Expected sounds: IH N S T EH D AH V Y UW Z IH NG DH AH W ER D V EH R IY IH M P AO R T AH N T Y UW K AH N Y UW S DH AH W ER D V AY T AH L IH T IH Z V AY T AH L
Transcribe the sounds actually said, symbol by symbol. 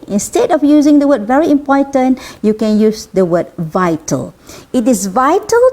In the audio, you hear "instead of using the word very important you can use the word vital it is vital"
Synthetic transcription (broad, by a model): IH N S T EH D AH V Y UW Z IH NG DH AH W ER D V EH R IY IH M P AO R T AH N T Y UW K AH N Y UW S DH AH W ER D V AY T AH L IH T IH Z V AY T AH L